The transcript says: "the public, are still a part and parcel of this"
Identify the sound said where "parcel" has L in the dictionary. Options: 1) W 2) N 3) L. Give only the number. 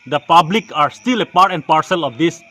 3